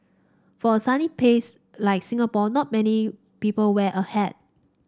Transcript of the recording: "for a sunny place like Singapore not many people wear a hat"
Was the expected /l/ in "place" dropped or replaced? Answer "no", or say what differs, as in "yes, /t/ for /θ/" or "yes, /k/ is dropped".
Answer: yes, /l/ is dropped